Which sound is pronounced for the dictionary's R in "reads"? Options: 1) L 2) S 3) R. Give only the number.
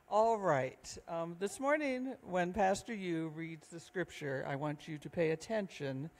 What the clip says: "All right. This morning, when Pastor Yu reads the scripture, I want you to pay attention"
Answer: 3